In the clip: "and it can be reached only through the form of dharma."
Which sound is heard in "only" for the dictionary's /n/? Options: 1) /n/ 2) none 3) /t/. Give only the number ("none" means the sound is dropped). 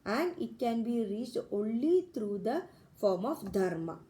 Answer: 1